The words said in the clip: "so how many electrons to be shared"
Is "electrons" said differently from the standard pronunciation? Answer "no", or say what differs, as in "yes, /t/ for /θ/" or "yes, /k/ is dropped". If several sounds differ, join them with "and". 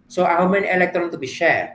yes, /z/ is dropped